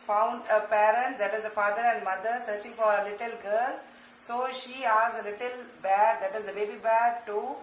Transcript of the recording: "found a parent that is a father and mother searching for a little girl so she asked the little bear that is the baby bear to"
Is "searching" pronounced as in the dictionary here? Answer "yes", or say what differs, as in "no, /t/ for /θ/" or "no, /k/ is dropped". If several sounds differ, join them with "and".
yes